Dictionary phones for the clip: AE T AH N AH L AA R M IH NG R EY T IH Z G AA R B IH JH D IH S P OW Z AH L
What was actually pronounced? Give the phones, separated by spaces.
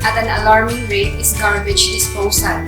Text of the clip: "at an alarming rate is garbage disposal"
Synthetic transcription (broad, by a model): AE T AH N AH L AA R M IH NG R EY T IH S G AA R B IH CH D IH S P OW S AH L